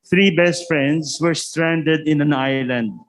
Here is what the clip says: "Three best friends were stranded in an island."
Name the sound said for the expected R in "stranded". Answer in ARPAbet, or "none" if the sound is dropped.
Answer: R